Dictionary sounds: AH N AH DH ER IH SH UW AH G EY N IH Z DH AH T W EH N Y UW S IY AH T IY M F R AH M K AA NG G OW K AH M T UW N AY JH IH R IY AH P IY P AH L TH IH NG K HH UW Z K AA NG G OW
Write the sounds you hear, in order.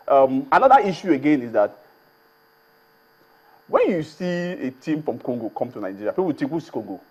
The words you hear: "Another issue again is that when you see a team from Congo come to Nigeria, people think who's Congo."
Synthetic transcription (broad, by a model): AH N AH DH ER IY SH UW AH G EY N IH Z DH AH T W EH N Y UW S IY AH T IY M F R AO M K AA NG G OW K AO M T UW N AY JH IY R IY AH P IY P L T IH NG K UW S K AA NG G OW